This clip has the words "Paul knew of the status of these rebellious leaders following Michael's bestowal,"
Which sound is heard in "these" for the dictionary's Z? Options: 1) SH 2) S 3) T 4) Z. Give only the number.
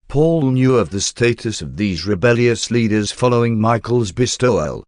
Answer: 4